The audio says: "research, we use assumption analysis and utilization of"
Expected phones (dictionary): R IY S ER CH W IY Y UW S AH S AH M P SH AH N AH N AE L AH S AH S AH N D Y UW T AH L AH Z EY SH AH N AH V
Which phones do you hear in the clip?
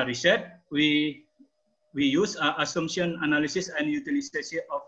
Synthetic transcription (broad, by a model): R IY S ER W W IY Y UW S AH S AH M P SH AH N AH N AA L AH S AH S AH N D Y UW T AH L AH S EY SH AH AH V